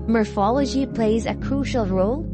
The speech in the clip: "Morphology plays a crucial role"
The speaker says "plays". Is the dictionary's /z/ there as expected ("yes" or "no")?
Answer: yes